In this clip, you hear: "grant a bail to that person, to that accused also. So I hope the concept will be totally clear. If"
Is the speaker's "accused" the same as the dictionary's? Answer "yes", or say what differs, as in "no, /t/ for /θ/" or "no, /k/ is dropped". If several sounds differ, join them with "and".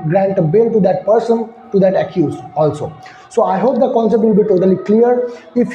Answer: no, /d/ is dropped